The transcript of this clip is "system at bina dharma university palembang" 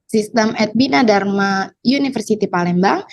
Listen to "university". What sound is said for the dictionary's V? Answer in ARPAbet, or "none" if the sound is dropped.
F